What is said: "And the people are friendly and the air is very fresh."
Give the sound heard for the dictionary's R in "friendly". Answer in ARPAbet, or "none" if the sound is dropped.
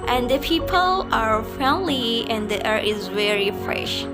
none